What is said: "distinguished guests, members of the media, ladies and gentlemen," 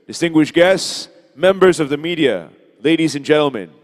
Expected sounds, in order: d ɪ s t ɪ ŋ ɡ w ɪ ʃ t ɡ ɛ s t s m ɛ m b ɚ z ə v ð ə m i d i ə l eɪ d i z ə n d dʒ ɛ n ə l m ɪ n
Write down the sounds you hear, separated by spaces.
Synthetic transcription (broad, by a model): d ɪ s t ɪ ŋ ɡ w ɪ ʃ ɡ ɛ s t s m ɛ m b ɚ z ə v ð ə m i d i ə l eɪ d i z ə n dʒ ɛ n l m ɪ n